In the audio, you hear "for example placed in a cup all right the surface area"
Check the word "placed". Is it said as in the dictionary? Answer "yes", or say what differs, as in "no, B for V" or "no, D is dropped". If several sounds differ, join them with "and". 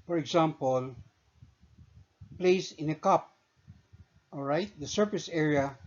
no, T is dropped